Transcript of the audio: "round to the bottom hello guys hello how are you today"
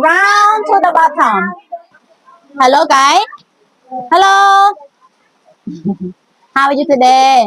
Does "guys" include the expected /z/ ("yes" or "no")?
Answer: no